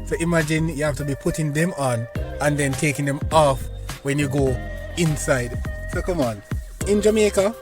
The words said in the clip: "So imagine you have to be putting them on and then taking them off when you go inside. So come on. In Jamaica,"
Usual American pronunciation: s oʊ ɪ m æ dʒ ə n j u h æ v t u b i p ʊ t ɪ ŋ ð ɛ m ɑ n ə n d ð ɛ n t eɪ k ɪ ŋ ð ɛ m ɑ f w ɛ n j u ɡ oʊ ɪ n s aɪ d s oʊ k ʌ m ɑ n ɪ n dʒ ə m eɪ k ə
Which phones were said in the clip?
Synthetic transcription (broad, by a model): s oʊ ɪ m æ dʒ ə n j u h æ f t u b i p ʊ t ɪ ŋ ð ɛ m ɑ n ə n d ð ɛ n t eɪ k ɪ ŋ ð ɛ m ɑ f w ɛ n j u ɡ oʊ ɪ n s aɪ d s oʊ k ʌ m ɑ n ɪ n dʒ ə m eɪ k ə